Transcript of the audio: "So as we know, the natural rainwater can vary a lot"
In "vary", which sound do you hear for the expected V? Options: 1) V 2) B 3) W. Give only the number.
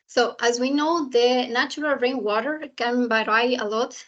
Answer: 2